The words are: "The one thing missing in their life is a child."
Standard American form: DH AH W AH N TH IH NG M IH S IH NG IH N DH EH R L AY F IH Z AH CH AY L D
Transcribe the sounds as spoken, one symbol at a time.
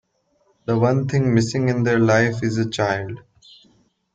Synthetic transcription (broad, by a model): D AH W AH N T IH NG M IH S IH NG IH N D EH R L AY F IH Z AH CH AY L D